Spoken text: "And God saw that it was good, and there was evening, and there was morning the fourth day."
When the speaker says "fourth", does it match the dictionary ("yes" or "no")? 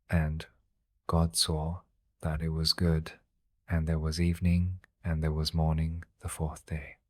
yes